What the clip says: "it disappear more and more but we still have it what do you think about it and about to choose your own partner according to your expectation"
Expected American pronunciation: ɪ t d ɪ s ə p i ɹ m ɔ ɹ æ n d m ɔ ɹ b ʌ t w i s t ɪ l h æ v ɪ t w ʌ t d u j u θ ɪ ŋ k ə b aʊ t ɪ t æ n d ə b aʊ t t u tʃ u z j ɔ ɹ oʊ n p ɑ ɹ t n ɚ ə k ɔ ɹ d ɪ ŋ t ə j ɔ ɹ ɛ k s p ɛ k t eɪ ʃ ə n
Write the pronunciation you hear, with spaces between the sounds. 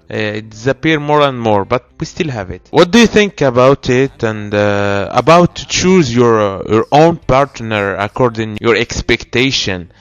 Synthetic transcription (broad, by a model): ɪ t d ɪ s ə p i ɹ m ɔ ɹ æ n d m ɔ ɹ b ʌ t w i s t ɪ l h æ v ɪ t w ʌ t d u j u θ ɪ ŋ k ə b aʊ t ɪ t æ n d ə b aʊ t t u tʃ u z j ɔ ɹ oʊ n p ɑ ɹ t n ɚ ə k ɔ ɹ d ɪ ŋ j ɔ ɹ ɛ k s p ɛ k t eɪ ʃ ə n